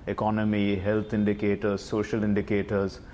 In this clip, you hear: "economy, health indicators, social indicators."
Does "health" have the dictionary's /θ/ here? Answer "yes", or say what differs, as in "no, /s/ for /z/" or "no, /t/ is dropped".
no, /t/ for /θ/